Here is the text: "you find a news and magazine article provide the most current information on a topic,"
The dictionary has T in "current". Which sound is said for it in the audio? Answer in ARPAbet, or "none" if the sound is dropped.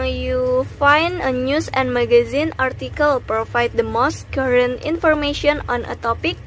T